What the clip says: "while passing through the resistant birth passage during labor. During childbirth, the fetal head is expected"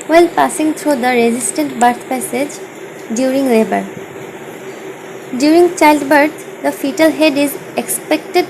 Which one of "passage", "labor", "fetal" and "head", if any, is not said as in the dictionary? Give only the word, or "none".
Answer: none